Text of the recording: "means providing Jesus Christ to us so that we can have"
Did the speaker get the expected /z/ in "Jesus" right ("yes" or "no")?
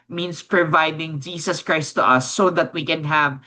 no